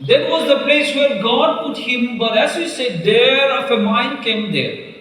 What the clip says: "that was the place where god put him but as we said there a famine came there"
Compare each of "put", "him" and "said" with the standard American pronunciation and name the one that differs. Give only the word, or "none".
none